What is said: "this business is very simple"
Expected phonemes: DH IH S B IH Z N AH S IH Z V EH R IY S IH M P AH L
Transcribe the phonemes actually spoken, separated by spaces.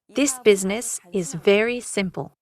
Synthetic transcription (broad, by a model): DH IH S B IH Z N AH S IH Z V EH R IY S IH M P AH L